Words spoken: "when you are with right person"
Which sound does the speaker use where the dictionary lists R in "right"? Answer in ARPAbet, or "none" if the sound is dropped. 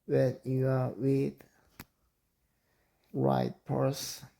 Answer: R